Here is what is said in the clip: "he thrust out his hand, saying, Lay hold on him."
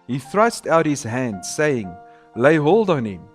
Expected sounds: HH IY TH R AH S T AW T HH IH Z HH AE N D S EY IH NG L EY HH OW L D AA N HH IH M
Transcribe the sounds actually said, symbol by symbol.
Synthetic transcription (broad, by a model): HH IY TH R AH S T AW T HH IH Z HH AE N D S EY IH NG L EY HH OW L D AA N HH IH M